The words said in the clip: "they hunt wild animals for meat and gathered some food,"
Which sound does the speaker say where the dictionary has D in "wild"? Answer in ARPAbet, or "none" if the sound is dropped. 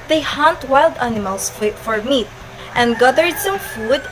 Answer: D